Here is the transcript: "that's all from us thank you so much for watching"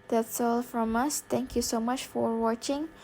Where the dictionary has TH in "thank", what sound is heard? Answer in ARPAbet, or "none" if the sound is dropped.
T